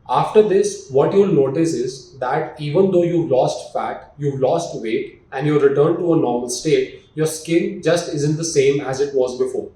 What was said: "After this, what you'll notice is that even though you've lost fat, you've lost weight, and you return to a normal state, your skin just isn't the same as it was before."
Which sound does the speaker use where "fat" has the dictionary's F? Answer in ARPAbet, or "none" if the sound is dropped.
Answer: F